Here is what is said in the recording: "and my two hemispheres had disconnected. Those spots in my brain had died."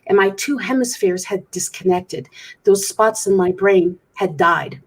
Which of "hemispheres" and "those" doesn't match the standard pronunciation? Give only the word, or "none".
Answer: none